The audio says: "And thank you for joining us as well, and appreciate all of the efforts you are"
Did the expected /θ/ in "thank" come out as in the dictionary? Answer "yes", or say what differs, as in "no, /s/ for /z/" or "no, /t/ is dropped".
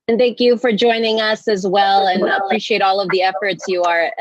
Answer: yes